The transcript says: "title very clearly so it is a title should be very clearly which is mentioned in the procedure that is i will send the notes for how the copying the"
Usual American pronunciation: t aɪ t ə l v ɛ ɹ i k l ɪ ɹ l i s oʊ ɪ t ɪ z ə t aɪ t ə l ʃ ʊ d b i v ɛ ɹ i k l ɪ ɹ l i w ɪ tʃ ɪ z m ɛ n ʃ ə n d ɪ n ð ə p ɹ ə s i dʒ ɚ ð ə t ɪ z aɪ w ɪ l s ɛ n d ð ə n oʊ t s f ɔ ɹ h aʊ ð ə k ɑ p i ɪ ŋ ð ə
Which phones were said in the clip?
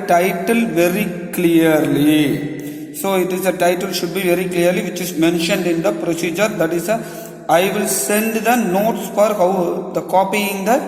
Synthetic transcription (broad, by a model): t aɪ t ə l v ɛ ɹ i k l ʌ ɹ l i s oʊ ɪ t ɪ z ə t aɪ t ə l ʃ ʊ d b i v ɛ ɹ i k l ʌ ɹ l i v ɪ tʃ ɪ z m ɛ n ʃ ə n d ɪ n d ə p ɹ ə s i dʒ ɚ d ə t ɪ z aɪ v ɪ l s ɛ n d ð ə n oʊ t s f ɔ ɹ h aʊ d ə k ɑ p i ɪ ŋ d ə